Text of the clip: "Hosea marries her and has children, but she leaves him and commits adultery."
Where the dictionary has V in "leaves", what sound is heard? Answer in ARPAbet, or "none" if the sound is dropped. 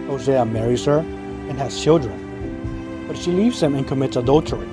V